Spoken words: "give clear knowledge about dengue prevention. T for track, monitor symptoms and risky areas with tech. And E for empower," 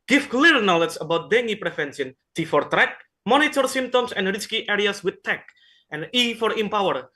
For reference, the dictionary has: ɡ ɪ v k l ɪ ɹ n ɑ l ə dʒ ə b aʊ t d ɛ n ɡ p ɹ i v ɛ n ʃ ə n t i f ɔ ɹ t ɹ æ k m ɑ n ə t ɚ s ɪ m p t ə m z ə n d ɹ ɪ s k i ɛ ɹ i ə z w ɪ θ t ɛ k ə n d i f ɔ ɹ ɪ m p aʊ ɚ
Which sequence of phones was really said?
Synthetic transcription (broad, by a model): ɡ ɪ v k l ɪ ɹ n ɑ l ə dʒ ə b aʊ t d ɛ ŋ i p ɹ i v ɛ n s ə n t i f ɔ ɹ t ɹ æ k m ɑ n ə t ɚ s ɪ m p t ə m s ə n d ɹ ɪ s k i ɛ ɹ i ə s w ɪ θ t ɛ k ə n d i f ɔ ɹ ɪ m p aʊ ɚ